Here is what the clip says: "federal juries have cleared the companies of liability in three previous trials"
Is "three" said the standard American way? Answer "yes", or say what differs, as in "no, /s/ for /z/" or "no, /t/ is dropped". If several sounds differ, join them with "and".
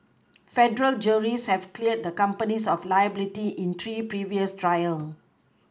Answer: no, /t/ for /θ/